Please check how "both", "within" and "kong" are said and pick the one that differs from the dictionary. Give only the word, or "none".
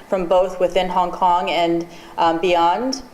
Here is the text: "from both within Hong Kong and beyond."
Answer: none